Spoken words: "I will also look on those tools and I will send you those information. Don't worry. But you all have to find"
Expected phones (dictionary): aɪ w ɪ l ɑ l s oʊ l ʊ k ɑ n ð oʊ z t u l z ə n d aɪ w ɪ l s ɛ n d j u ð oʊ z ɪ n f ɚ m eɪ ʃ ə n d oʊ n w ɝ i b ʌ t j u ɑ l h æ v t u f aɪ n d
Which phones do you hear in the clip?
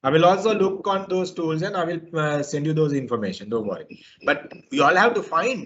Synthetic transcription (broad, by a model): aɪ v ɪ l ɑ l s oʊ l ʊ k ɑ n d oʊ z t u l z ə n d aɪ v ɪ l s ɛ n d j u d oʊ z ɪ n f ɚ m eɪ ʃ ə n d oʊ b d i b ʌ t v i ɑ l h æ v t u f aɪ n d